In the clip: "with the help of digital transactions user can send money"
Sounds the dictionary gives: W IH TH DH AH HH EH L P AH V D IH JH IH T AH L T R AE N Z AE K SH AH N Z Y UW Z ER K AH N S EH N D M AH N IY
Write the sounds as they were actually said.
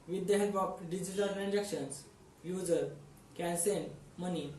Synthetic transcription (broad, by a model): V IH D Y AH HH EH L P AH P D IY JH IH T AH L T R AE N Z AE K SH AH N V Y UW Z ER K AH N S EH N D M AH N IY